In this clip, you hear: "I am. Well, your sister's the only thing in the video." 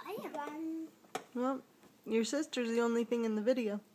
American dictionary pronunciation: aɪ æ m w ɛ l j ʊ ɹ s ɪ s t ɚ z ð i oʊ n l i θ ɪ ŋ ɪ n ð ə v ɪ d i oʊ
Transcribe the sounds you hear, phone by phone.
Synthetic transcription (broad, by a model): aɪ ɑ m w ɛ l j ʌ ɹ s ɪ s t ɚ z ð i oʊ n l i θ ɪ ŋ ɪ n ð ə v ɪ d i oʊ